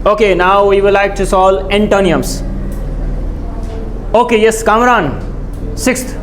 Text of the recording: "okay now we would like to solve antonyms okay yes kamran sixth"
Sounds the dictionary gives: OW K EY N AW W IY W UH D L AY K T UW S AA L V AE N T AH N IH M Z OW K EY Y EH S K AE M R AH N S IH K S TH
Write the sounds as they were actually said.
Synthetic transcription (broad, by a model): OW K EY N AW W IY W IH L AY K T UW S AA L EH N T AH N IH M S OW K EY Y EH S K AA M R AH N S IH K S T